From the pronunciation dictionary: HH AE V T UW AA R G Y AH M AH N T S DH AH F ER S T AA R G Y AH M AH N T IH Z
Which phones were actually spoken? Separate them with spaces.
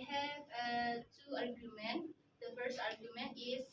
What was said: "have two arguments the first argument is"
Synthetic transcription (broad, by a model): HH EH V T UW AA R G Y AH M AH N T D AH F ER S T AA R G Y AH M AH N T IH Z